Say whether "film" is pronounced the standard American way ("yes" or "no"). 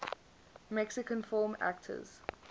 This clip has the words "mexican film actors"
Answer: no